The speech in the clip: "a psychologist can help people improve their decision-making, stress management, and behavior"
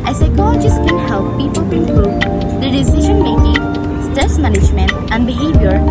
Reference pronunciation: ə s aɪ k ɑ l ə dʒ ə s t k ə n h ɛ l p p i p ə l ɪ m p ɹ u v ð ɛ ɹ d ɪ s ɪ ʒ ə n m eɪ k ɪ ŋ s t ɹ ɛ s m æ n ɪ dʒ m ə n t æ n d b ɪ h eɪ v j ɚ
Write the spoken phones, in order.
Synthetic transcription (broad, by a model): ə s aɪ k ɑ l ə dʒ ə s k ə n h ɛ l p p i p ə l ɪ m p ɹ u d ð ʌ d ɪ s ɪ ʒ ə n m eɪ k ɪ ŋ s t ɛ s m æ n ɪ dʒ m ə n t æ n d b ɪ h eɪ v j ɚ